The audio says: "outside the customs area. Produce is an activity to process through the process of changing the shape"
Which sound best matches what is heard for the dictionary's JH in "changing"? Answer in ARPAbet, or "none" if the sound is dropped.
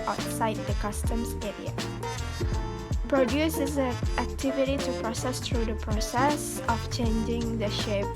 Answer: JH